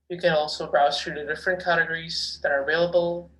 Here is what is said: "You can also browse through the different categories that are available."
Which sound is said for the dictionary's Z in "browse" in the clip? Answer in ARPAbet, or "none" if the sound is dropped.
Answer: none